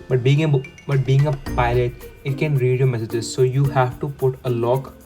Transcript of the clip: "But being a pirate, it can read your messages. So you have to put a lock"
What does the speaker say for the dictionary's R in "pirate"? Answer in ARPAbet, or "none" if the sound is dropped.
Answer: L